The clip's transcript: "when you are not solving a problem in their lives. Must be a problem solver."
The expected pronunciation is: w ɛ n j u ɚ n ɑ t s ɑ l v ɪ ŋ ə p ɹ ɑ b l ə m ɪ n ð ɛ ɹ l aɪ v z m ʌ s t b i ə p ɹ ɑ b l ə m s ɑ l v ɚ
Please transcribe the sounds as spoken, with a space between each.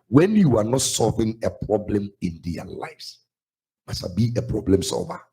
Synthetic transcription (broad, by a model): w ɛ n j u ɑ n ɑ t s ɑ l v ɪ ŋ ə p ɹ ɑ b l ə m ɪ n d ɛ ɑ l aɪ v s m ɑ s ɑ b i ə p ɹ ɑ b l ə m s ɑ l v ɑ